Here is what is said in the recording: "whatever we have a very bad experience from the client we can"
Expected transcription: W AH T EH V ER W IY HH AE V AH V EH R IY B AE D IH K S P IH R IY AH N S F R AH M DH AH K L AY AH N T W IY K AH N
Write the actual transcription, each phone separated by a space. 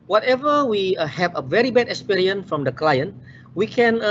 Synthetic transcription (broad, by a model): W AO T EH V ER W IY HH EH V AH V EH R IY B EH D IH K S P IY R IY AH N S F R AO M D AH K L AY AH N T W IY K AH N